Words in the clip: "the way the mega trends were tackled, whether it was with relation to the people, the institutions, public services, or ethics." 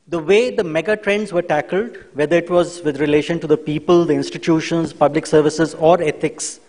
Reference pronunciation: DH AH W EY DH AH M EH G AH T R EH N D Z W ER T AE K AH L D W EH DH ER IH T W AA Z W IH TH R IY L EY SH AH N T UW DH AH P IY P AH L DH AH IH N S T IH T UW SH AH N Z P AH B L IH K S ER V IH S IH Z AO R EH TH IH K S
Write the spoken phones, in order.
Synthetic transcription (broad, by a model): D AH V EY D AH M EH G AH T R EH N D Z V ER T AE K AH L D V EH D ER IH T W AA Z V IH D R IY L EY SH AH N T UW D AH P IY P AH L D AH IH N S T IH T UW SH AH N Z P AH B L IH K S ER V IH S IH Z AO R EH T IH K S